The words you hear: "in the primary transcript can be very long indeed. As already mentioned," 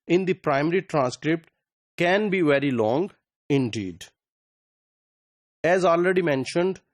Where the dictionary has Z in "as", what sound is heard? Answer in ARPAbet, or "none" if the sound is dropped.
Z